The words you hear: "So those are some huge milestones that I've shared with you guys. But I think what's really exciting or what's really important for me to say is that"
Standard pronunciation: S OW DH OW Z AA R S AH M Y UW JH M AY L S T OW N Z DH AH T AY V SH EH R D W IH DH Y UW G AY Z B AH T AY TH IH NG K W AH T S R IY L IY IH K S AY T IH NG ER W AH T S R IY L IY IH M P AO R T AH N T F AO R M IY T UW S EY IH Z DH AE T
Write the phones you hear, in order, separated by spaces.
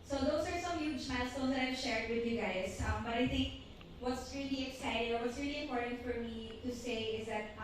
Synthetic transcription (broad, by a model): S OW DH OW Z AA R S AH M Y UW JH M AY S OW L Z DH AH T AY V SH EH R D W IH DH Y UW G AY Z B AH T AY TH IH NG K W AH T S R IY L IY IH K S AY T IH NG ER W AH T S R IY L IY IH M P AO R T AH N T F AO R M IY T UW S EY IH Z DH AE T